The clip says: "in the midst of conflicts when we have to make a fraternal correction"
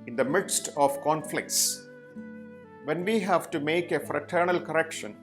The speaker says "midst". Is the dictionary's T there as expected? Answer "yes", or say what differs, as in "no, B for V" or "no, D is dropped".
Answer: yes